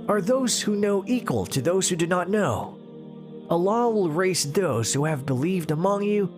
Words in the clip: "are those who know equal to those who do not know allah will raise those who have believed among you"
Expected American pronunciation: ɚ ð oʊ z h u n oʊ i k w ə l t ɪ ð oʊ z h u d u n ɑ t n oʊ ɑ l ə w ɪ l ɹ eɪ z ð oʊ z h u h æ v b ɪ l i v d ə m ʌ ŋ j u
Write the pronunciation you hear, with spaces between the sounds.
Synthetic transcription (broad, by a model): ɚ ð oʊ z h u n oʊ i k w ə l t ɪ ð oʊ z h u d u n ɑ t n oʊ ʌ l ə w ɪ l ɹ eɪ s ð oʊ z h u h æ v b ɪ l i v d ə m ʌ ŋ j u